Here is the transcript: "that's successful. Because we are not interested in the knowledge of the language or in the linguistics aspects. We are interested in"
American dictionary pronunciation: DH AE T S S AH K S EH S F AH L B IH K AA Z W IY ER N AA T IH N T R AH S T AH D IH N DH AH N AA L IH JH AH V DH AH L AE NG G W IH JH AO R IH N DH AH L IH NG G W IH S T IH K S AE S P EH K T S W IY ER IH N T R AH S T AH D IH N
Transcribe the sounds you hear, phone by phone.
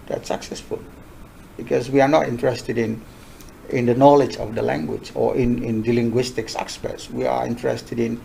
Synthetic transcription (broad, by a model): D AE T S S AH K S EH S F AH L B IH K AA S W IY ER N AA T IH N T R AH S T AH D IH N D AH N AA L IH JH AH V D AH L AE NG G W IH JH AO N IH N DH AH L IH NG G W IH S T IH K S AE S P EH T S W IY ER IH N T R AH S T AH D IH N